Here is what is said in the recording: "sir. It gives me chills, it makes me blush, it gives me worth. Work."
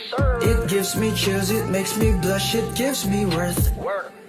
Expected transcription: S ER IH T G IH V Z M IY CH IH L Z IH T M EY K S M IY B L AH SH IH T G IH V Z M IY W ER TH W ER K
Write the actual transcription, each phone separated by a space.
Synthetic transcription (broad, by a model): IH T G IH V Z M IY CH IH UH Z IH T M EY K S M IY B L AH SH IH T G IH V Z M IY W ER TH